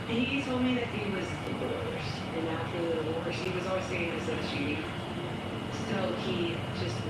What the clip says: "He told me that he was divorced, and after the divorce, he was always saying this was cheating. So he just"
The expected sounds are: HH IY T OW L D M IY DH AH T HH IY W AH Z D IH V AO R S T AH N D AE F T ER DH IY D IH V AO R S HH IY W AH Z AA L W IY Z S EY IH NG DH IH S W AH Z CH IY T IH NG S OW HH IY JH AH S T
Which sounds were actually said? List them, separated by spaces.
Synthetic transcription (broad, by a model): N IY T OW L D M IY DH AH T HH IY W AH Z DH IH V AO R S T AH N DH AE T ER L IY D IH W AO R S HH IY W AH Z AA L W IY Z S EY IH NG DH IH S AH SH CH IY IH S OW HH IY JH AH S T